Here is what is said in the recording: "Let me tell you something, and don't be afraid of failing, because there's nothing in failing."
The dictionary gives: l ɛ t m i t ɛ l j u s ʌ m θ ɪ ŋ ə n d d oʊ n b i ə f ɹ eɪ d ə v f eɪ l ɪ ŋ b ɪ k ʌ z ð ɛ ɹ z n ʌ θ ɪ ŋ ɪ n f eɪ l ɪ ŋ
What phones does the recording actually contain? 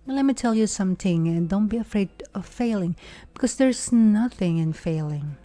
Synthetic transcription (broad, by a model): l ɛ t m i t ɛ l j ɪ s ʌ m θ ɪ ŋ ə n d d oʊ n b i ə f ɹ eɪ d ə v f eɪ l ɪ ŋ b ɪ k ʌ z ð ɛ ɹ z n ʌ θ ɪ ŋ ɪ n f eɪ l ɪ ŋ